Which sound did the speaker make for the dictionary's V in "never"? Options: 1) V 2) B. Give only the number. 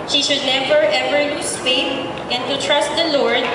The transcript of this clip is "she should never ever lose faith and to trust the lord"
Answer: 2